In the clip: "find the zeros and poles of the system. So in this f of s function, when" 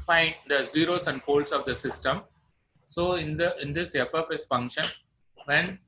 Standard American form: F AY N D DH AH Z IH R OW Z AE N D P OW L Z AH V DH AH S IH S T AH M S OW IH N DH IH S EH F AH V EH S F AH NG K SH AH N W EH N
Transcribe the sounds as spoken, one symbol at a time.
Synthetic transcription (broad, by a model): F AY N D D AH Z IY R OW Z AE N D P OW L S AH V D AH S IH S T AH M S OW IH N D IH S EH P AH P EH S F AH NG K SH AH N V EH N